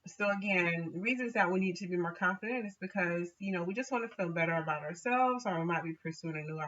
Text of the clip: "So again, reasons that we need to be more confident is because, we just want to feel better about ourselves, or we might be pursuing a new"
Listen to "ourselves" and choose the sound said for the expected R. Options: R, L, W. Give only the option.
R